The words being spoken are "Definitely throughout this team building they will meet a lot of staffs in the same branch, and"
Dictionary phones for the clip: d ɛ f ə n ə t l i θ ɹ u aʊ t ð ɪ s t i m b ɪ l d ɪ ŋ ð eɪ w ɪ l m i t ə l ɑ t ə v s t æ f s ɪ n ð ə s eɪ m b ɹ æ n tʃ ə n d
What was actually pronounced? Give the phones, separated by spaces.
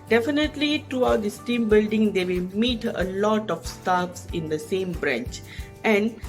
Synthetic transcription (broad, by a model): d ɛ f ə n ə t l i t ɹ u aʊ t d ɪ s t i m b ɪ l d ɪ ŋ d eɪ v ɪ l m i t ə l ɑ t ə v s t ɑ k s ɪ n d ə s eɪ m b ɹ æ n tʃ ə n d